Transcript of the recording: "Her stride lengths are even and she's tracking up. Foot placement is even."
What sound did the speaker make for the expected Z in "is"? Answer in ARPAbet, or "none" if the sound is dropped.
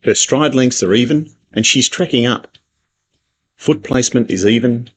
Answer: Z